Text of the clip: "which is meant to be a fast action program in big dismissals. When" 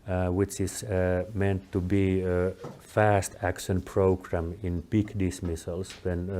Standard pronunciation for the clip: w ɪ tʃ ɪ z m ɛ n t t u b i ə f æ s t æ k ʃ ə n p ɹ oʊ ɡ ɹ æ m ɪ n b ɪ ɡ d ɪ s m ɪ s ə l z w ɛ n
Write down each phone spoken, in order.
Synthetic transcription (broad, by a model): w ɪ tʃ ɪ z m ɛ n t t u b i ə f æ s t æ k ʃ ə n p ɹ oʊ ɡ ɹ æ m ɪ n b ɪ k d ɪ s m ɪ s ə l s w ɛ n